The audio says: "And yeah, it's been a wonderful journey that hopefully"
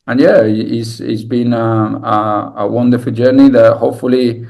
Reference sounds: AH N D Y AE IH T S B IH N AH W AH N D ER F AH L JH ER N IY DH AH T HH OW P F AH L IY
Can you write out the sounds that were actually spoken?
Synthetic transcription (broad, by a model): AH N Y AE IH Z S B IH N AH W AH N D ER F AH L JH ER N IY DH AH T HH OW P F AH L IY